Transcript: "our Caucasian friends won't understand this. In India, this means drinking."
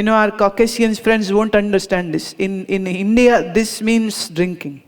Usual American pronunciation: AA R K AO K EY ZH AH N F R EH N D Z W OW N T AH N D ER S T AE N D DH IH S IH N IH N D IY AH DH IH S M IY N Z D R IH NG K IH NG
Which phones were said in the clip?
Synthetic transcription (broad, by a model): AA R K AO K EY S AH N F R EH N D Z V OW N T AH N D ER S T AE N D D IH S IH N IH N D IY AH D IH S M IY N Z D R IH NG K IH NG